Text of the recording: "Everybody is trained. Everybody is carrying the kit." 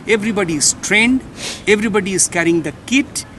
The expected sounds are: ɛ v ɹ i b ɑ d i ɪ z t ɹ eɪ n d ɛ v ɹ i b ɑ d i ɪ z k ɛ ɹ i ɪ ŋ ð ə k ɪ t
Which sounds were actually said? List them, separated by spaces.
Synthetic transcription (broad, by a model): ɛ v ɹ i b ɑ d i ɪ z t ɹ eɪ n d ɛ v ɹ i b ɑ d i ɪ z k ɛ ɹ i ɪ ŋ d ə k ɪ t